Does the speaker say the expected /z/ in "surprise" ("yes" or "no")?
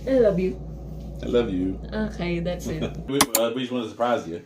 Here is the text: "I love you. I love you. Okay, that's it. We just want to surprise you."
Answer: yes